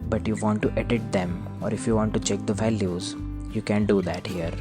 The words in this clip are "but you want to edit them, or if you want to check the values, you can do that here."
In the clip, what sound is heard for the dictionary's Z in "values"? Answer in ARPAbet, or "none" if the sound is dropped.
Z